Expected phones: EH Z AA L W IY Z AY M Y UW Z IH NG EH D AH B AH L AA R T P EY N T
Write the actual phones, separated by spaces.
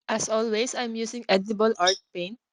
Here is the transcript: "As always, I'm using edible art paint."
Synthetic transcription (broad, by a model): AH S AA L W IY S AY M Y UW S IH NG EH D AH B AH L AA R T P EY N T